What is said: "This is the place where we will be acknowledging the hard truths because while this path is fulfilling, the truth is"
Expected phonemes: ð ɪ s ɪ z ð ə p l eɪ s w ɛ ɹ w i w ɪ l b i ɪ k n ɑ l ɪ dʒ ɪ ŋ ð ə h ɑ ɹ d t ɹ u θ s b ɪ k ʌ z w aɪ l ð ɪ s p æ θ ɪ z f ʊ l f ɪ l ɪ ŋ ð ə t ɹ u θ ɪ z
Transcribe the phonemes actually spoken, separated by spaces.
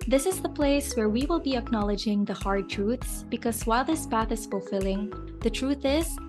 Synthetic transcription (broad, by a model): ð ɪ s ɪ z ð ə p l eɪ s w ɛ ɹ w i w ɪ l b i ɪ k n ɑ l ɪ dʒ ɪ ŋ ð ə h ɑ ɹ d t ɹ u θ s b ɪ k ʌ z w aɪ l ð ɪ s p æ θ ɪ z f ʊ l f ɪ l ɪ ŋ ð ə t ɹ u θ ɪ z